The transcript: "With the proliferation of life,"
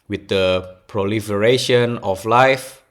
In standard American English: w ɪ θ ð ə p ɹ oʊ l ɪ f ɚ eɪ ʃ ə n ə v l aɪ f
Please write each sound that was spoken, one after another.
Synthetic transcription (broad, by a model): w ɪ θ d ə p ɹ oʊ l ɪ f ɚ eɪ ʃ ə n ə f l aɪ f